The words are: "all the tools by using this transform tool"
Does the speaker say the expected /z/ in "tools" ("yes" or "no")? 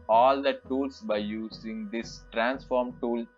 no